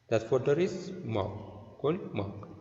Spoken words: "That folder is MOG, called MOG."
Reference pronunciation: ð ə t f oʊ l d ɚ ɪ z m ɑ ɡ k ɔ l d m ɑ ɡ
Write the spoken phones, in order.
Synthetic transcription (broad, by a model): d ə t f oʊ d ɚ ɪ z m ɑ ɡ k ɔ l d m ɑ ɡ